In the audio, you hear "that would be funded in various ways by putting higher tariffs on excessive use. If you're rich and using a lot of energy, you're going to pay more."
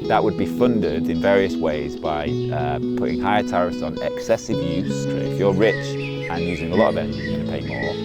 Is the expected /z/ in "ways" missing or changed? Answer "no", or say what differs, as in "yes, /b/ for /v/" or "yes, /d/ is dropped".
no